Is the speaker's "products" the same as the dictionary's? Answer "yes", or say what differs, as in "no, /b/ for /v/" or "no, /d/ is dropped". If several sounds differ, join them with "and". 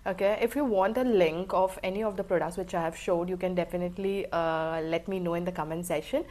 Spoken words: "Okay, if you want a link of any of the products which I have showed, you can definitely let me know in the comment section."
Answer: yes